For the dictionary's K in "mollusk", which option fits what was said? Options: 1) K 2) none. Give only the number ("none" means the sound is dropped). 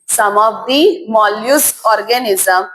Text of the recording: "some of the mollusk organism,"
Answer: 2